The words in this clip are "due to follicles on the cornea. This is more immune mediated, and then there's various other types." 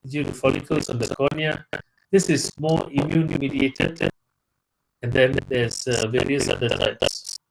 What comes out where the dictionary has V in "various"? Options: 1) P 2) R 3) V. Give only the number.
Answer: 3